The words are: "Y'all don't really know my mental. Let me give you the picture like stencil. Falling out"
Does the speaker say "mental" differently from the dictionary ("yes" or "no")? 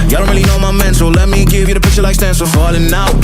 yes